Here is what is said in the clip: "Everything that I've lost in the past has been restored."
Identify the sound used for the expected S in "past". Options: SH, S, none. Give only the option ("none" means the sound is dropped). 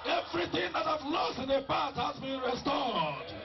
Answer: none